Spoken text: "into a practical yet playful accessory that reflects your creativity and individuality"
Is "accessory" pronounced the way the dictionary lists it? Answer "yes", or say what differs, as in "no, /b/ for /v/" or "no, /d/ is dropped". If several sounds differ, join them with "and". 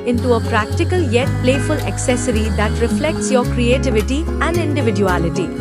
yes